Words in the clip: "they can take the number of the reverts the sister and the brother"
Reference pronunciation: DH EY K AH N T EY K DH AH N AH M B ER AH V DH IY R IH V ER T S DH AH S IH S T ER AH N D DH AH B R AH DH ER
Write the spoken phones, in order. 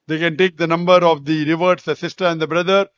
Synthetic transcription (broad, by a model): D EY K AH N T EY K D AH N AH M B ER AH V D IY R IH V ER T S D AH S IH S T ER AH N D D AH B R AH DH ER